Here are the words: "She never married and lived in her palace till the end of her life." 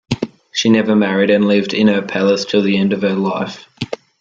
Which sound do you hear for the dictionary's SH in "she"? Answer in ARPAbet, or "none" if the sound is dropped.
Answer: SH